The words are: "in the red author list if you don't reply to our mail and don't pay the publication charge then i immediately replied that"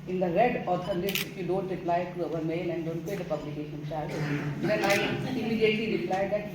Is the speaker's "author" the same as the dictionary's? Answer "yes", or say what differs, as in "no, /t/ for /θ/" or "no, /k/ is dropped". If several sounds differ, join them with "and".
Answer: no, /s/ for /θ/